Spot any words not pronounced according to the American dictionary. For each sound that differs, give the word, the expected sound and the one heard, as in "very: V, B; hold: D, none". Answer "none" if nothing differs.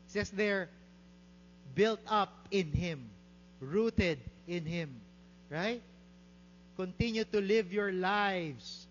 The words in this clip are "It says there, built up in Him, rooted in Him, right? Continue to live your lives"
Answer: says: Z, S